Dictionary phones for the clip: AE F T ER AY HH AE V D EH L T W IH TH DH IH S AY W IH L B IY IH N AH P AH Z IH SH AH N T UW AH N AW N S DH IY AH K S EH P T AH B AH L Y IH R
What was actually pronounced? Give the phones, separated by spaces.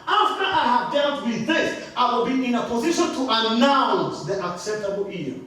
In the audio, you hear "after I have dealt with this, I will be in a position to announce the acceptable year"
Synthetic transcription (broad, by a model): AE F T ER AY HH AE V D EH L T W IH DH IH S AY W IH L B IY IH N AH P AH Z IH SH AH N T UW AH N AW N S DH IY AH K S EH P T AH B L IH